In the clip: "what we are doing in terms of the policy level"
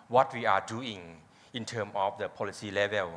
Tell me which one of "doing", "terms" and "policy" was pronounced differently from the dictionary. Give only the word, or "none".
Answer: terms